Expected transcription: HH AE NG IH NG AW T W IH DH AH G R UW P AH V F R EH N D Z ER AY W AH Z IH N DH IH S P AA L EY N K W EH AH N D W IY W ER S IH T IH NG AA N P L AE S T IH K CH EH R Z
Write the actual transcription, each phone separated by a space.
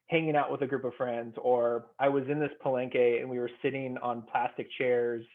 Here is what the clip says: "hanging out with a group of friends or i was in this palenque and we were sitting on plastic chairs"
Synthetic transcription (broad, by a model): HH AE NG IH NG AW T W IH DH AH G R UW P AH V F R EH N D Z ER AY W AH Z IH N DH IH S P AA L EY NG K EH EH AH N W IY W ER S IH T IH NG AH N P L AE S T IH K CH EH R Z